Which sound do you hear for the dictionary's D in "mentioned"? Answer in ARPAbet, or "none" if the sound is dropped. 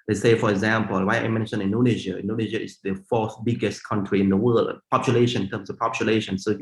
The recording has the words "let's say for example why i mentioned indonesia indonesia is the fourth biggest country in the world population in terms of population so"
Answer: none